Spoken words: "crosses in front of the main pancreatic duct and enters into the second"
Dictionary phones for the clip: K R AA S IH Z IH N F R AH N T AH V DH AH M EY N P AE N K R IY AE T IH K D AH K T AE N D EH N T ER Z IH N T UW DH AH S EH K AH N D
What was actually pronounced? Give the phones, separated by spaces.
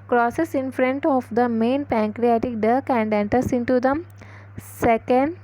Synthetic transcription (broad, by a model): K R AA S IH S IH N F R AH N T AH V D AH M EY N P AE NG K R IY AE T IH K D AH K AE N D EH N T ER S IH N T UW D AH S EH K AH N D